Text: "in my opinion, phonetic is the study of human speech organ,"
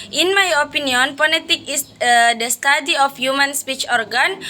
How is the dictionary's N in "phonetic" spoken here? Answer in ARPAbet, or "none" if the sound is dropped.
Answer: L